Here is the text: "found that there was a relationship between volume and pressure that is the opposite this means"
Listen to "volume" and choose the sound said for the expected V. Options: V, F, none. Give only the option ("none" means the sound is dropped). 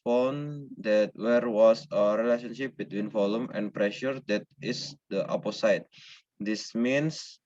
F